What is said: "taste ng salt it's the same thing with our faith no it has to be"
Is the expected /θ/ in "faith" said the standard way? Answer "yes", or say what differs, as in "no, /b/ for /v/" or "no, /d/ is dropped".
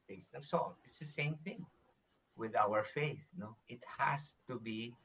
yes